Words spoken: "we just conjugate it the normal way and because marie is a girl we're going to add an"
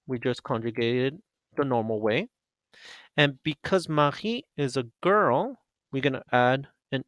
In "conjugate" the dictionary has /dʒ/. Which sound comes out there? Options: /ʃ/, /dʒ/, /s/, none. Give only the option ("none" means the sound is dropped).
/dʒ/